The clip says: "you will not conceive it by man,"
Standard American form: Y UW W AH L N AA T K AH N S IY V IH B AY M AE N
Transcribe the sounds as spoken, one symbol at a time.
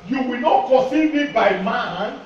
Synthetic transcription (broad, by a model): Y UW W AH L N AA T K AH S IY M IH B AY M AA N